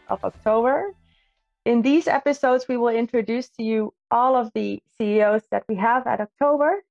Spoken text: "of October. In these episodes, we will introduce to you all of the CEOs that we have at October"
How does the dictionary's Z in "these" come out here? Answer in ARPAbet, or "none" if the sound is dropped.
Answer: Z